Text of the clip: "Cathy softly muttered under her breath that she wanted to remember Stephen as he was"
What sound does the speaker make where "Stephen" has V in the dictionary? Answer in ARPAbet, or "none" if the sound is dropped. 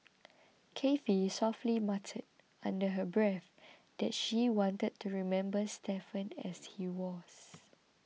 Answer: F